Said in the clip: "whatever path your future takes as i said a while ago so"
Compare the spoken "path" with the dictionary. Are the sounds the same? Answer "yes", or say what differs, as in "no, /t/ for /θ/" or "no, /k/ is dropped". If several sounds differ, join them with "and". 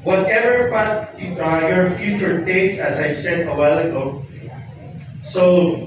no, /t/ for /θ/